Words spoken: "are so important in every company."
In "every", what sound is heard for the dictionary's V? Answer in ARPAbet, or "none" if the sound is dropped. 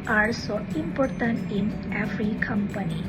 F